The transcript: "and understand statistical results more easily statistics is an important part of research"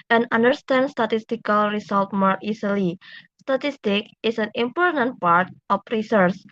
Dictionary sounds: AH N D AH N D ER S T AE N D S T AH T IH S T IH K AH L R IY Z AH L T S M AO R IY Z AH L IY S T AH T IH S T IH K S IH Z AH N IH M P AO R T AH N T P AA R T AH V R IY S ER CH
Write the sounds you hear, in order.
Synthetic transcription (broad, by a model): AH N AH N D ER S T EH N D S T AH T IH S T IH K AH L R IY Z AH L T M AO R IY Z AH L IY S T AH T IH S T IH K IH S AH N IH M P AO R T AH N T P AA R T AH F R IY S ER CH